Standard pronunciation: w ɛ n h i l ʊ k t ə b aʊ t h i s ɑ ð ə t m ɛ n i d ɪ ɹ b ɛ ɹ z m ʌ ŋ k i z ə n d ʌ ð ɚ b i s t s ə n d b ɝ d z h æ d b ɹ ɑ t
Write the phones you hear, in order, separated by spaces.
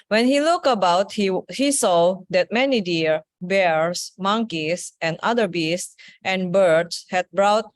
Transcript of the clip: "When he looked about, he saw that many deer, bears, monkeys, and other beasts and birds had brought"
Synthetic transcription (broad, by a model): w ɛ n h i l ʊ k ə b aʊ t h i s ɑ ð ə t m ɛ n i d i ɹ b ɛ ɹ s m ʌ ŋ k i s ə n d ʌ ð ɚ b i s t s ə n b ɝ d s h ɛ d b ɹ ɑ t